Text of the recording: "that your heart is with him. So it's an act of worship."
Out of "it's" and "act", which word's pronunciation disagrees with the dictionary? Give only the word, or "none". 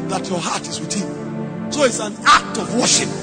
none